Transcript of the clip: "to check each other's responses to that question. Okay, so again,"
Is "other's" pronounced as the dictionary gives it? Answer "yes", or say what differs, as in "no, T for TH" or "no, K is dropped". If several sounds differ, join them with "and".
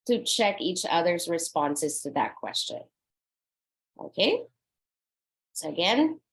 yes